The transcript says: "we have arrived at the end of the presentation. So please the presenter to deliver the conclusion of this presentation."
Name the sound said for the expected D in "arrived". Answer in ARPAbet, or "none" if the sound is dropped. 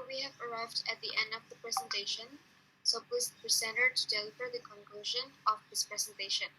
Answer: D